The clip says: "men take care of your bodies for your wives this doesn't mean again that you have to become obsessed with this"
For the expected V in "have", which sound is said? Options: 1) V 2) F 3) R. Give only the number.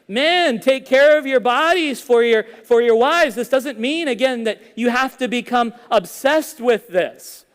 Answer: 2